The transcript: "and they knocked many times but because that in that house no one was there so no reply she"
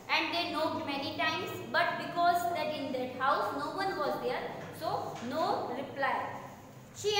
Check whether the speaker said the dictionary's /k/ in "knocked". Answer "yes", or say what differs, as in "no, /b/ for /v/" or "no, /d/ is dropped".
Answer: no, /k/ is dropped